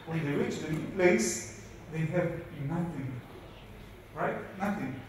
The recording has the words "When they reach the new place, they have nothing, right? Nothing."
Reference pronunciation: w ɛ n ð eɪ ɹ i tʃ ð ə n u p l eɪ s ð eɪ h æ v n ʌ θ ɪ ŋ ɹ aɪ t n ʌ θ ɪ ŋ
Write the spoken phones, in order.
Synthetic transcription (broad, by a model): w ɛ n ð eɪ w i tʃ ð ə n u p l eɪ s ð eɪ h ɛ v n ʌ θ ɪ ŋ ɹ aɪ t n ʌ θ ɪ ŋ